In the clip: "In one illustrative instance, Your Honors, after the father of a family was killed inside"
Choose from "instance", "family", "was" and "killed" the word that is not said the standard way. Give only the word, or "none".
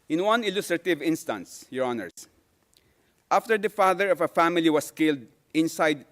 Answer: was